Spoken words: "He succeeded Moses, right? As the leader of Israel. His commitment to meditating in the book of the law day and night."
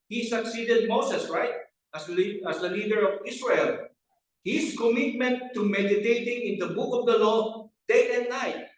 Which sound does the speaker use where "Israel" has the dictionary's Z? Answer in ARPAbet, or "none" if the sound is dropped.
S